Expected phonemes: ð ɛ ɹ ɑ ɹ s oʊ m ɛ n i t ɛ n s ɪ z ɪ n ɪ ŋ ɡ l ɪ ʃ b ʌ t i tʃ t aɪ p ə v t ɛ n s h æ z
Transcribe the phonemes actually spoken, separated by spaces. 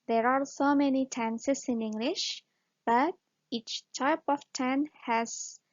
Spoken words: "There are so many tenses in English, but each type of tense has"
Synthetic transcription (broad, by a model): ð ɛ ɹ ɑ ɹ s oʊ m ɛ n i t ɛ n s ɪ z ɪ n ɪ ŋ ɡ l ɪ ʃ b ʌ t i tʃ t aɪ p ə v t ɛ n h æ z